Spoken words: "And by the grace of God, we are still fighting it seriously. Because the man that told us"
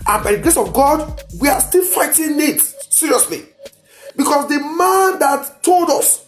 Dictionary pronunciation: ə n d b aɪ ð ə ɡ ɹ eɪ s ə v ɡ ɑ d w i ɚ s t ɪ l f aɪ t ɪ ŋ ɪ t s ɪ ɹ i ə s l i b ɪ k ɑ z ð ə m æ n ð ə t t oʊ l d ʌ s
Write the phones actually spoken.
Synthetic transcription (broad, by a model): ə n b aɪ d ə ɡ ɹ eɪ s ə v ɡ ɑ d w i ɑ s t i l f aɪ t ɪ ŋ ɪ t s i ɹ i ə s l i b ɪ k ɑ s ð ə m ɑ n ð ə t t oʊ l d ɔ s